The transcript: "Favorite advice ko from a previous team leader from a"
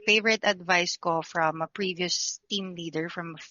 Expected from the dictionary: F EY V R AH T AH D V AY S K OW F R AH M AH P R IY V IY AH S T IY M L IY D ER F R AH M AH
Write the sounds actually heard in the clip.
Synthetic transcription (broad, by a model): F EY V R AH T AH D V AY S K OW F R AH M AH P R IY V IY AH S T IY M L IY D ER F R AH M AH